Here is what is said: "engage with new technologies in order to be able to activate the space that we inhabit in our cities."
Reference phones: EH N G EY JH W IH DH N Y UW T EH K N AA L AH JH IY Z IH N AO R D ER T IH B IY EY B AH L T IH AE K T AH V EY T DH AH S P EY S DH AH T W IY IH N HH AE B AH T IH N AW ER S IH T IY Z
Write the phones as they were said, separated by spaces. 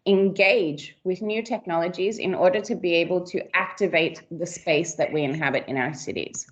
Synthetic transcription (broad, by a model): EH N G EY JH W IH DH N Y UW T EH K N AA L AH JH IY Z IH N AO R D ER T IH B IY EY B AH L T IH AE K T AH V EY T DH AH S P EY S DH AH T W IY IH N HH AE B AH T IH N AW ER S IH T IY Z